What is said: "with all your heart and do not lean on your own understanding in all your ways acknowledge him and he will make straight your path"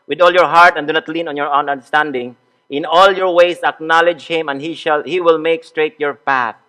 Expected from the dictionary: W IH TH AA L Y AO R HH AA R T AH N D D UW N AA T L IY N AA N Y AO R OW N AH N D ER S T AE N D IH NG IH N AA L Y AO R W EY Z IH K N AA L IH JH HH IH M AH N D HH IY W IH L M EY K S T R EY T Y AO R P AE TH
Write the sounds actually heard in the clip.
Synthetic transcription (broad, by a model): W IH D AA L Y AO R HH AA R T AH N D D UW N AA T L IY N AA N Y AO R OW N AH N D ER S T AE N D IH NG IH N AA L Y AO R W EY S IH K N AA L IH JH HH IH M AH N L HH IY W IH L M EY K S T R EY T Y AO R P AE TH